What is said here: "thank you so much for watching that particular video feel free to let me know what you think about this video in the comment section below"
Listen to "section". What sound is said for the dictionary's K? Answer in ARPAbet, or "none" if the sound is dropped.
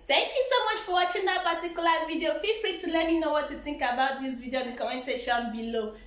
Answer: none